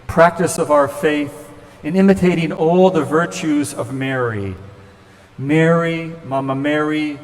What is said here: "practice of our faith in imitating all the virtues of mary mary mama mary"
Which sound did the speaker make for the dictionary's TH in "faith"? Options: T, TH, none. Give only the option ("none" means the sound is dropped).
TH